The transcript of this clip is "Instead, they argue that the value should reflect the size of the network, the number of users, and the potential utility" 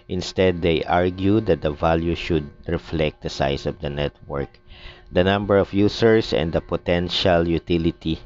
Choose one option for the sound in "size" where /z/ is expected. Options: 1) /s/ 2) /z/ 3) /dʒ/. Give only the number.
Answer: 1